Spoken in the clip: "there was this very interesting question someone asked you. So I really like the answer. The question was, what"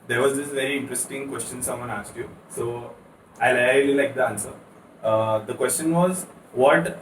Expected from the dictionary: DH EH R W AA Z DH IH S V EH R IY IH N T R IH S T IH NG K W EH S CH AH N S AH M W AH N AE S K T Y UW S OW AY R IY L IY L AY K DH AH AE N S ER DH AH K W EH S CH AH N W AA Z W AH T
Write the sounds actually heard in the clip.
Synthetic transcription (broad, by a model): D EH R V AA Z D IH S V EH R IY IH N T R IH S T IH NG K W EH S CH AH N S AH M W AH N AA S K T Y UW S OW AY L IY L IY L AY K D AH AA N S ER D AH K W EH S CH AH N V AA Z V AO T